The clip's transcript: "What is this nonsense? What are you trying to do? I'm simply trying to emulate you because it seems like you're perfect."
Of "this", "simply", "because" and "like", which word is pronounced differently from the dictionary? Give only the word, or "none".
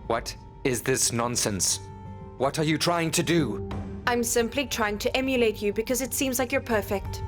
none